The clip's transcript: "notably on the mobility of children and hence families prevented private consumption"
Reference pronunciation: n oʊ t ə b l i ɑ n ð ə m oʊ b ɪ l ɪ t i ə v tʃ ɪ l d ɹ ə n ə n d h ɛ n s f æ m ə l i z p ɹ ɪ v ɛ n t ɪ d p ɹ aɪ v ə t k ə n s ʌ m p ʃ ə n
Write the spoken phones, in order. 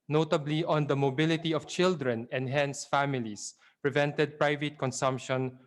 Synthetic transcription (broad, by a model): n oʊ t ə b l i ɑ n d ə m oʊ b ɪ l ɪ t i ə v tʃ ɪ l d ɹ ə n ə n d h ɛ n s f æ m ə l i s p ɹ ɪ v ɛ n t ɪ d p ɹ aɪ v ə t k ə n s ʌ m p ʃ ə n